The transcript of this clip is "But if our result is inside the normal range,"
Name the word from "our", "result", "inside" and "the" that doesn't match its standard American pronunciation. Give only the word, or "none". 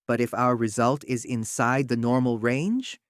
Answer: none